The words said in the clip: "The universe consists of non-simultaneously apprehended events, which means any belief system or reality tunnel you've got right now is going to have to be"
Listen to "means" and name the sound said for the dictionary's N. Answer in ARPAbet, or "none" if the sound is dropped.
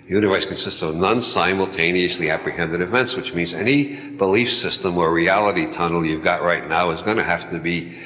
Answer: N